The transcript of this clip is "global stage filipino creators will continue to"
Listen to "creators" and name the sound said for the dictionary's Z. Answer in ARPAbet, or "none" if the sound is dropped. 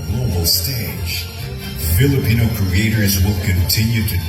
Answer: Z